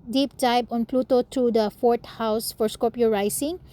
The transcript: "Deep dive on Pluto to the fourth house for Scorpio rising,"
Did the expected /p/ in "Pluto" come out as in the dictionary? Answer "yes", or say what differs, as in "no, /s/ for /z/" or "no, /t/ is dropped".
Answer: yes